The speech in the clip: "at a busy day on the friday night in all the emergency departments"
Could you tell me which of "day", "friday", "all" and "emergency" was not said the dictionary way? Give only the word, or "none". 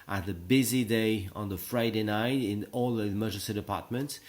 emergency